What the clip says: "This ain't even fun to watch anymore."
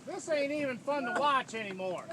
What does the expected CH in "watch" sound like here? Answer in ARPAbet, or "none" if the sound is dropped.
CH